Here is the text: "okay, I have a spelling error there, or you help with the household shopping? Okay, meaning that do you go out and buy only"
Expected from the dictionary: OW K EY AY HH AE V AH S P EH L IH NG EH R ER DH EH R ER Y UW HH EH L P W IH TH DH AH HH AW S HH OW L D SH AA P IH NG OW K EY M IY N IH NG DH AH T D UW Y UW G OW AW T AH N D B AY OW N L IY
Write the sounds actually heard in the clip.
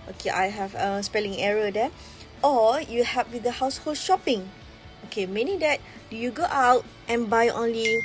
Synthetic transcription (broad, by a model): OW K EY AY HH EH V AH S P EH L IH NG EH R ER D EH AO Y UW HH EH P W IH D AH HH AW S HH OW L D SH AA P IH NG OW K EY M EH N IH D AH T D UW Y UW G OW AW T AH N B AY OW N L IY